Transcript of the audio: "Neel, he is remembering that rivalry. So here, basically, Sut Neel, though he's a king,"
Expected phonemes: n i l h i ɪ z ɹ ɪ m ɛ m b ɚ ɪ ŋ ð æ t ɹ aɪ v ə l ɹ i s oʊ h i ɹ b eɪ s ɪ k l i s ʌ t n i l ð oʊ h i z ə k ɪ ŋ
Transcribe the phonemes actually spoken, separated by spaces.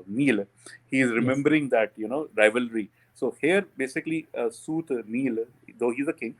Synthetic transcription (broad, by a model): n i l h i ɪ z ɹ ɪ m ɛ m b ɚ ɪ ŋ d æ t ɹ aɪ v ə l ɹ i s oʊ h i ɹ b eɪ s ɪ k l i s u t n i l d oʊ h i z ə k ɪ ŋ